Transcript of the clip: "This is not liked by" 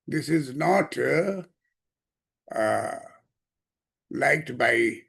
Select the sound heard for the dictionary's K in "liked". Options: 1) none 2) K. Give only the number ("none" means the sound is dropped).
2